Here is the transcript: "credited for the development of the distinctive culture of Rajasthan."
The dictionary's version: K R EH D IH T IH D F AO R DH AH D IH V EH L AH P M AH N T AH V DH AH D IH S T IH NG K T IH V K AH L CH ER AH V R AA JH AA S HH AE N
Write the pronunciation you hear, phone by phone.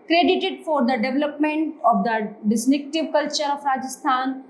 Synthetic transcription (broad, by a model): K R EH D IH T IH D F AO R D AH D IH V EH L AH P M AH N T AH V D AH D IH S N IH K T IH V K AH L CH ER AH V R AA JH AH S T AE N